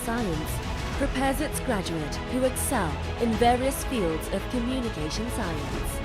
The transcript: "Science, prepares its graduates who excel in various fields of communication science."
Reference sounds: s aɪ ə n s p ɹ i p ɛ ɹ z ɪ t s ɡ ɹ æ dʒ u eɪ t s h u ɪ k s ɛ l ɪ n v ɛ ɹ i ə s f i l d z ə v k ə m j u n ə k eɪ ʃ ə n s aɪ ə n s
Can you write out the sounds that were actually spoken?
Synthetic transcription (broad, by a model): s aɪ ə n s p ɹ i p ɛ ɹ z ɪ t s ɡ ɹ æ dʒ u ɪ t h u ɪ k s ɛ l ɪ n v ɛ ɹ i ə s f i l d z ə v k ə m j u n ə k eɪ ʃ ə n s aɪ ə n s